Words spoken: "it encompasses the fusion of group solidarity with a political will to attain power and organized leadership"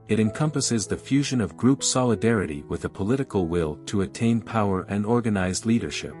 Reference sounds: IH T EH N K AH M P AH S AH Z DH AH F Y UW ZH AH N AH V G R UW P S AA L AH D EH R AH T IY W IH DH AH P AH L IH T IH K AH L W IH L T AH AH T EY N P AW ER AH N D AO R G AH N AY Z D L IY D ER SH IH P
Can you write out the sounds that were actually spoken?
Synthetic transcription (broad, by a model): IH T EH N K AH M P AH S AH Z DH AH F Y UW ZH AH N AH V G R UW P S AA L AH D EH R AH T IY W IH DH AH P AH L IH T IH K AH L W IH L T AH AH T EY N P AW ER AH N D AO R G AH N AY Z L IY D ER SH IH P